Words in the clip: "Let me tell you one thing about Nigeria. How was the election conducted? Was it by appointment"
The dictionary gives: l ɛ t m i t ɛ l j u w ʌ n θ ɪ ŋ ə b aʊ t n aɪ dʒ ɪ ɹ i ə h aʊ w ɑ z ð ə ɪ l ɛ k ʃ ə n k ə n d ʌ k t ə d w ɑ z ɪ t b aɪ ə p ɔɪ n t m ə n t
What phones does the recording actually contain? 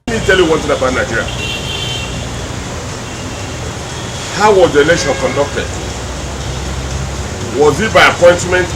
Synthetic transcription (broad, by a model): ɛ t m i t ɛ l j u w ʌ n t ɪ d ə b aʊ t n aɪ dʒ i ɹ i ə h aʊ w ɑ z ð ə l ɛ ʃ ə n k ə n d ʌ k t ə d w ɑ z ɪ t b aɪ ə p ɔɪ n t m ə n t